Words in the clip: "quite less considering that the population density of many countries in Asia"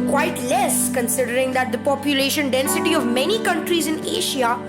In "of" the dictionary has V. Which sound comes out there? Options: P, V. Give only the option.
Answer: V